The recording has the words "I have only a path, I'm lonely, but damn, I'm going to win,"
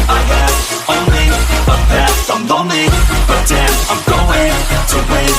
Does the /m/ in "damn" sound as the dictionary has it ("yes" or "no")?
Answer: no